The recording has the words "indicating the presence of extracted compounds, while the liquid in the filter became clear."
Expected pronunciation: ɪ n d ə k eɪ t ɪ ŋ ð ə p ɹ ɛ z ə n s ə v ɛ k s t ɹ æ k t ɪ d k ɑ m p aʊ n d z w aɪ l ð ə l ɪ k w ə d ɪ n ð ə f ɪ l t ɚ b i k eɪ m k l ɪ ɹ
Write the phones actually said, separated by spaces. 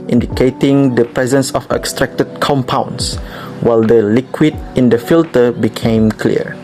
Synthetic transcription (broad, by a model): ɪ n d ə k eɪ t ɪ ŋ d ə p ɹ ɛ z ə n s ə f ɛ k s t ɹ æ k t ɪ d k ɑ m p aʊ n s w aɪ l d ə l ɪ k w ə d ɪ n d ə f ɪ l t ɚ b i k eɪ m k l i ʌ